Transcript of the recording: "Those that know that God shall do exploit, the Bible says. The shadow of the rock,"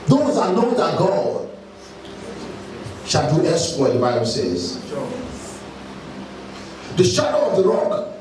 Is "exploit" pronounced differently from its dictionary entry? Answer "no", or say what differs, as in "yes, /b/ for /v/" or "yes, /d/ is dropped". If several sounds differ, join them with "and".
yes, /k/ is dropped